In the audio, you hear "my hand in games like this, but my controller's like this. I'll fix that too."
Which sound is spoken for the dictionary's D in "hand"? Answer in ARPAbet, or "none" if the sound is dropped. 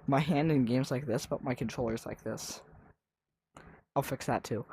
D